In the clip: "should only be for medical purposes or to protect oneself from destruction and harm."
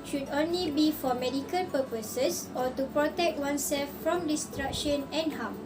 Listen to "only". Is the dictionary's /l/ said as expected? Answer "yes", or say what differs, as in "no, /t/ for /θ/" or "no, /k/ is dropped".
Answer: yes